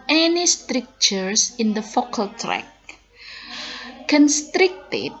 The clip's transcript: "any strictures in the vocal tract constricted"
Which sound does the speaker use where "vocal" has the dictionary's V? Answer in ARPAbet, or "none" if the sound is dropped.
F